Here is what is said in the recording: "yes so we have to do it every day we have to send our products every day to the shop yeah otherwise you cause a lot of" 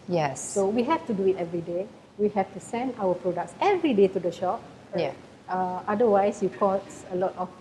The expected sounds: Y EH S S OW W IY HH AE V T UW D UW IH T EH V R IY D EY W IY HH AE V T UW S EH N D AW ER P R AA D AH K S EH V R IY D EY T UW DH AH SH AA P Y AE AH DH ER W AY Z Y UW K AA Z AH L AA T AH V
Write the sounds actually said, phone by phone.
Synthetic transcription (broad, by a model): Y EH S S OW W IY HH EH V T UW D UW IH T EH V R IY D EY W IY HH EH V T UW S EH N D AW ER P R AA D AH K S EH V R IY D EY T UW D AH SH AA P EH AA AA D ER W AY S Y UW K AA S AH L AA T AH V